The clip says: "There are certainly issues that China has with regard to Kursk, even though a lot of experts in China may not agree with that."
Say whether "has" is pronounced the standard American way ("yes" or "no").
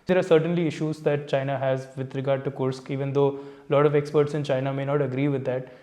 yes